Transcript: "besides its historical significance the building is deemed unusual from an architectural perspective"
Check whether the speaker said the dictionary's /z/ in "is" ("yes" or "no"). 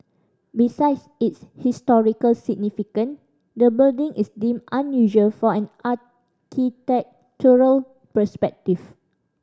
no